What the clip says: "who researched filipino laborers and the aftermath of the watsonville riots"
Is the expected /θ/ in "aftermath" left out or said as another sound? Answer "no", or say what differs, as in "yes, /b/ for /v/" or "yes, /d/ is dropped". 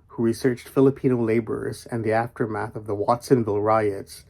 no